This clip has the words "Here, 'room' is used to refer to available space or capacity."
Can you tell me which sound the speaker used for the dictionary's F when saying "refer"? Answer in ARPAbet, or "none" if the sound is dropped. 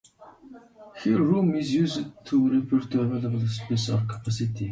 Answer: P